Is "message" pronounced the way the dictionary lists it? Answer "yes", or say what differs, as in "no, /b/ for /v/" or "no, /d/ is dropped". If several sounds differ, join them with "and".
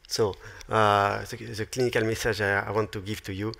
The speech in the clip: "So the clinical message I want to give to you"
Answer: no, /ʒ/ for /dʒ/